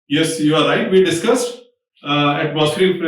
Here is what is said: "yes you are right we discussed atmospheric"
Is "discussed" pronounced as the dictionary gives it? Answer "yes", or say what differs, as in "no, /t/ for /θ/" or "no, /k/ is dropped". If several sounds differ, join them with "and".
yes